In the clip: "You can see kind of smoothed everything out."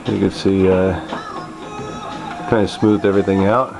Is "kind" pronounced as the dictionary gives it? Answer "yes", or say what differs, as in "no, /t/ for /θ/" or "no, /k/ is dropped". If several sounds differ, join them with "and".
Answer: no, /d/ is dropped